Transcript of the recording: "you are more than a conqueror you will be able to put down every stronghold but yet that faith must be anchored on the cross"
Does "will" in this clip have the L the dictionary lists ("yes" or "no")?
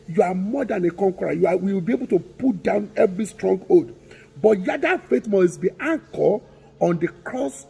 no